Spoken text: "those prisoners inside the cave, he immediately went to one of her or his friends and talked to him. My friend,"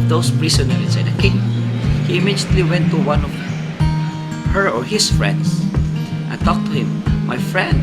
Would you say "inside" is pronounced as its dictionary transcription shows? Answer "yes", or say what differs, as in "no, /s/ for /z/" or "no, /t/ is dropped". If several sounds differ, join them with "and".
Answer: no, /n/ is dropped